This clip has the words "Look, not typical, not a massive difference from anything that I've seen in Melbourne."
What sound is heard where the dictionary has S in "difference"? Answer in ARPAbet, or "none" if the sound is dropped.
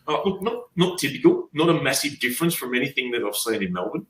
S